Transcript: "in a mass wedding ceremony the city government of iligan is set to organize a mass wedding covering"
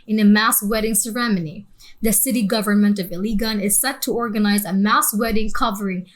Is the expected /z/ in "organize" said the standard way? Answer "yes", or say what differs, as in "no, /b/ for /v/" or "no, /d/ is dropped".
yes